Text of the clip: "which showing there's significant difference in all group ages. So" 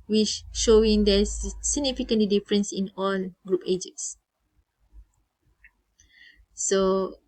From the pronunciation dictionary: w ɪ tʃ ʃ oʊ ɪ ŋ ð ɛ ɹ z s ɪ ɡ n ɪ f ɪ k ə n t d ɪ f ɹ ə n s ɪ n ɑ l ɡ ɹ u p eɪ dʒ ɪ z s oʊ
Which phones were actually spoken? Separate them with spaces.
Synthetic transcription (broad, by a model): w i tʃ ʃ oʊ ɪ ŋ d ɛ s s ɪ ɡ n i f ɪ k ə n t d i f ɹ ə n s ɪ n ɑ l ɡ ɹ u p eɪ dʒ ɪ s s oʊ